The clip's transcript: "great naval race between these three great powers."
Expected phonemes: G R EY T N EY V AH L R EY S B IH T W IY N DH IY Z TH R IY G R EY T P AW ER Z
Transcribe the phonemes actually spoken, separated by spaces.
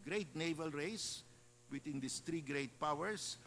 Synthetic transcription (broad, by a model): G R EY T N EY V AH L R EY S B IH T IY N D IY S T R IY G R EY T P AW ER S